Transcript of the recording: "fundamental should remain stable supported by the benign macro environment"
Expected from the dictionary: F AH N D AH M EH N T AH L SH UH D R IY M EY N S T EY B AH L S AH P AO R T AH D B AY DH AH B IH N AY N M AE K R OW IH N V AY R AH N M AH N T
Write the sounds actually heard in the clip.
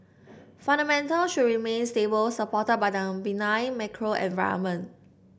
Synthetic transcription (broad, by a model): F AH N D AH M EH N T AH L SH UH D R IY M EY N S T EY B AH L S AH P AO T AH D B AY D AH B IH N AY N M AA K R OW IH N V AY AH M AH N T